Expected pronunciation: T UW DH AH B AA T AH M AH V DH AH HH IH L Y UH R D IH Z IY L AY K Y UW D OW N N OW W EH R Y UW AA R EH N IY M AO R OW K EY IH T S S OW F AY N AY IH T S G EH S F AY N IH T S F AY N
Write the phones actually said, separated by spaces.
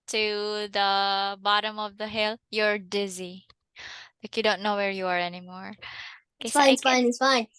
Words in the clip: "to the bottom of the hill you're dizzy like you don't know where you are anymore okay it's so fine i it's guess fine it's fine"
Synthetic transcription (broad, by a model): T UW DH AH B AA T AH M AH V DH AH HH IH L Y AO R D IH Z IY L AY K Y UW D OW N N OW W EH R Y UW AA R EH N IY M AO R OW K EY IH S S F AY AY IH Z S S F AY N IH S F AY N